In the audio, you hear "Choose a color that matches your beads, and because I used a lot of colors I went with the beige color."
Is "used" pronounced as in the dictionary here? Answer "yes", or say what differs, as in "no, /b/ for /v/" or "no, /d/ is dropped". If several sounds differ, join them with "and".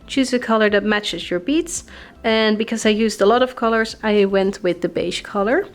yes